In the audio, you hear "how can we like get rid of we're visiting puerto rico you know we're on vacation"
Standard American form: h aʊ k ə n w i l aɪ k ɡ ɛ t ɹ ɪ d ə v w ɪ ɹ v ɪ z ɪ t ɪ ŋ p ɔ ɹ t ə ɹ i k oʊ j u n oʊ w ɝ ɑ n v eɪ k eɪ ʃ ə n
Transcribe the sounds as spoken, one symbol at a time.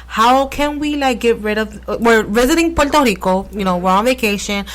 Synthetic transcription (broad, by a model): h aʊ k ə n w i l aɪ k ɡ ɛ t ɹ ɪ d ə v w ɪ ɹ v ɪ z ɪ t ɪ ŋ p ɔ l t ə ɹ i k oʊ j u n oʊ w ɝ ɑ n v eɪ k eɪ ʃ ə n